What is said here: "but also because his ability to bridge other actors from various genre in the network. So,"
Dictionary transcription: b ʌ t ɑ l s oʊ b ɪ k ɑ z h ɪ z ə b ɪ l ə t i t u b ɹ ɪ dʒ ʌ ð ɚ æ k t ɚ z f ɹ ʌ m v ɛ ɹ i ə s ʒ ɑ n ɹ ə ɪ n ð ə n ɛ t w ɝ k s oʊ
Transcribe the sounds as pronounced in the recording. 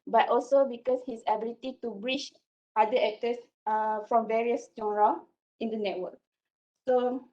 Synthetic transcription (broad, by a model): b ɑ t ɑ l s oʊ b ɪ k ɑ s h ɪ s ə b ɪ l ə t i t u b ɹ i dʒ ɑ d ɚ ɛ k t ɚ s f ɹ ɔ m v ɛ ɹ i ə s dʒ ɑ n ɹ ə ɪ n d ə n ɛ t w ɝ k s oʊ